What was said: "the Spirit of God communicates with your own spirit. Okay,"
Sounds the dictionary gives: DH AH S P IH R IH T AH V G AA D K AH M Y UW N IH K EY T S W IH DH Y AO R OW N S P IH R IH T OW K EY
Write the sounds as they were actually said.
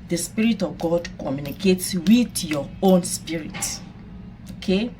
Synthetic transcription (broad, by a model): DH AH S P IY R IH T AH V G AA D K AH M Y UW N IH K EY T S W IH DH Y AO OW N S P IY R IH T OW K EY